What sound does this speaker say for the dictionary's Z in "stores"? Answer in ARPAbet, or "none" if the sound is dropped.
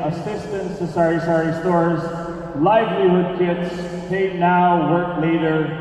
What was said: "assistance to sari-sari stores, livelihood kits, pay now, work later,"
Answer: Z